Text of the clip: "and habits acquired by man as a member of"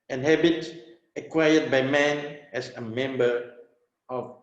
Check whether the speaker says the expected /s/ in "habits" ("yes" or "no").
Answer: no